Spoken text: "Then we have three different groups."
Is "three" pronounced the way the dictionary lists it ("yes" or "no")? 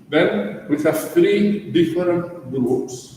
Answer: no